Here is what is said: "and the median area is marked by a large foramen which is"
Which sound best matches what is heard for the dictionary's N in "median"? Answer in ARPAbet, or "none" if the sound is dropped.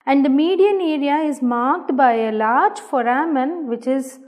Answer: N